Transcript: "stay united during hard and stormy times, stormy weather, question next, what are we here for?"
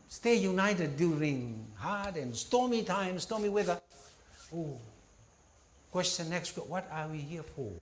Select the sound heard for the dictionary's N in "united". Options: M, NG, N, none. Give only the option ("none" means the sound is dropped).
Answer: N